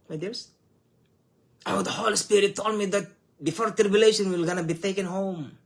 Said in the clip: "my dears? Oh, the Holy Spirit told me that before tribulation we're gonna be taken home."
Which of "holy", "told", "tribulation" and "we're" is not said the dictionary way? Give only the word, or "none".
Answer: we're